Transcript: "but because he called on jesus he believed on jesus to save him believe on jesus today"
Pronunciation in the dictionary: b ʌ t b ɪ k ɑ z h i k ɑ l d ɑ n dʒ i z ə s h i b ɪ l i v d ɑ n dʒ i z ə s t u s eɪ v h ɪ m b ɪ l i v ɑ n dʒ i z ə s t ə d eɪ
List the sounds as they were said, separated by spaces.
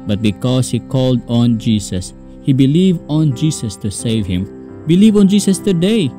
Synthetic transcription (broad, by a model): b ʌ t b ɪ k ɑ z h i k ɑ l d ɑ n dʒ i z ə s h i b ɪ l i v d ɑ n dʒ i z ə s t u s eɪ v h ɪ m b ɪ l i v ɑ n dʒ i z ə s t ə d eɪ